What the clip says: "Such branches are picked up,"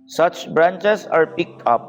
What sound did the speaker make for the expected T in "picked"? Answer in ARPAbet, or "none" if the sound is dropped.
none